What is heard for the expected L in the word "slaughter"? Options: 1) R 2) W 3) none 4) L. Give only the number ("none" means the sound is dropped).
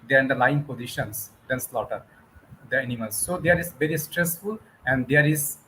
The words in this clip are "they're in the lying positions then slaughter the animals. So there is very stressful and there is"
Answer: 4